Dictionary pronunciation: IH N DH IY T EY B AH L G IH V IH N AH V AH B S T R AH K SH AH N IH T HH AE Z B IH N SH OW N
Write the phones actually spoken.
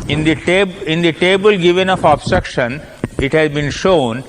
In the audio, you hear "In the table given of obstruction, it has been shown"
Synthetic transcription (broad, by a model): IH N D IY T EY B AH L G IH V IH N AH F AH B S T R AH K SH AH N IH T HH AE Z B IH N SH OW N